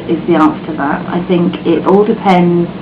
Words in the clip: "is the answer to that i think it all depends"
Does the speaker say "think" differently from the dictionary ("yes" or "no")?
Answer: no